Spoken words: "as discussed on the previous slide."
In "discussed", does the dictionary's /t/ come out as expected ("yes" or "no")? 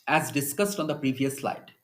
yes